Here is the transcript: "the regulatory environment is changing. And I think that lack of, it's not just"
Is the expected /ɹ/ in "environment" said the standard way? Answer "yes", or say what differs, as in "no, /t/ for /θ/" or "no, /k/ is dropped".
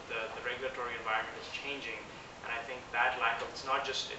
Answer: yes